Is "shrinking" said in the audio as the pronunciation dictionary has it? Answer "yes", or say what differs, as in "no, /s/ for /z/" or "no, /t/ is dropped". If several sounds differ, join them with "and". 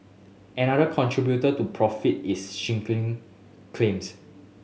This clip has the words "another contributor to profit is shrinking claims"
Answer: no, /ɹ/ is dropped